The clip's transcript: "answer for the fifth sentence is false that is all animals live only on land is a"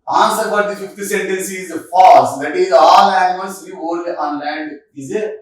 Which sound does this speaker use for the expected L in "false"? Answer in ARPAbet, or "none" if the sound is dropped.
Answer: none